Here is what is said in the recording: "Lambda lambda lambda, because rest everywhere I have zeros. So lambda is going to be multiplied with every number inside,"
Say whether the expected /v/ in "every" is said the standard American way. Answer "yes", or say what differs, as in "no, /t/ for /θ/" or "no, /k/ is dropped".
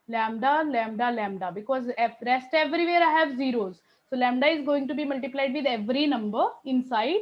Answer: yes